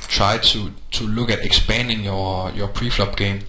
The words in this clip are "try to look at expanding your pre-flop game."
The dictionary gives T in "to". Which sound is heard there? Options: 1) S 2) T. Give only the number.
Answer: 1